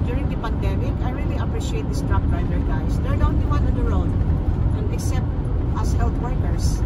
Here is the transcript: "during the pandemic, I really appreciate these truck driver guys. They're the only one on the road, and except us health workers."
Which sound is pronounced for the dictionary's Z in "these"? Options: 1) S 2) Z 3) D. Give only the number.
1